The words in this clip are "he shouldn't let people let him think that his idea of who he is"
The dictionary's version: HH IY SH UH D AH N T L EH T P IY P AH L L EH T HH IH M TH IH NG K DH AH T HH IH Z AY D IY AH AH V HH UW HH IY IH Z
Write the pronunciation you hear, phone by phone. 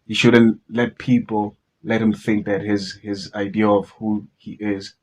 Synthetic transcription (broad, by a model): HH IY SH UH D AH N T L EH T P IY P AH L L EH T HH IH M TH IH NG K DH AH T HH IH Z AY D IY AH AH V HH UW HH IY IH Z